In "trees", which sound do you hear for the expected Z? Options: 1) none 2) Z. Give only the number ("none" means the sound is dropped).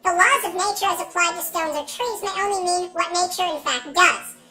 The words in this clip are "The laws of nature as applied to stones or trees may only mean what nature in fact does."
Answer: 2